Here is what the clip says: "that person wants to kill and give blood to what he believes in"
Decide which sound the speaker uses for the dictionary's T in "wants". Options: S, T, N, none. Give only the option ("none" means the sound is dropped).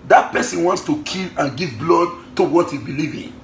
T